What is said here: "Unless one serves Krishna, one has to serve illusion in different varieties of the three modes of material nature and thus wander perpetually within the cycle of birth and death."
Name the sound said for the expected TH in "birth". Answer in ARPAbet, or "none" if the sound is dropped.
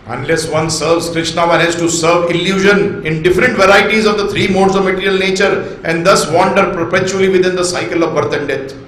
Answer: T